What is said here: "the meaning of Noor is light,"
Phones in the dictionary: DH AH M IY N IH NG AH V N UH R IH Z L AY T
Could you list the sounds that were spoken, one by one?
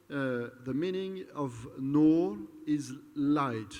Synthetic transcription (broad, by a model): DH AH M IY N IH NG AH V N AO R IH Z L AY T